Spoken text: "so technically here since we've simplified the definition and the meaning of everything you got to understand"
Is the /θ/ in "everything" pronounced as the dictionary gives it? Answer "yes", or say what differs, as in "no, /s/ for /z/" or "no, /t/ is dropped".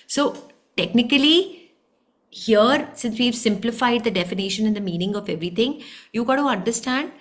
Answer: no, /t/ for /θ/